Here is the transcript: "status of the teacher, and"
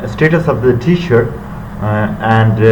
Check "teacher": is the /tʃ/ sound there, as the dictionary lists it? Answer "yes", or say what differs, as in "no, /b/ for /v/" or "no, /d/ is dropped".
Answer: no, /ʃ/ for /tʃ/